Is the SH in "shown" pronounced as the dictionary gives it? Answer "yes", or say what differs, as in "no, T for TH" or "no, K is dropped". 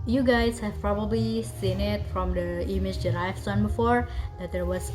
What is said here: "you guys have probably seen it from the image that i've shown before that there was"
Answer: no, S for SH